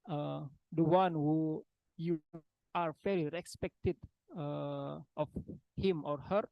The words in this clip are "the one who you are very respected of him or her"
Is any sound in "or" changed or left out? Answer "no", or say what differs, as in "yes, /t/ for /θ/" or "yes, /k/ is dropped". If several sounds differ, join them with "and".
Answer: no